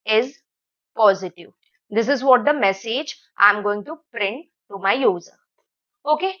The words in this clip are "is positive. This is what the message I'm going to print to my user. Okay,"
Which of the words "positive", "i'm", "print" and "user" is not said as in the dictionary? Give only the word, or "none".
none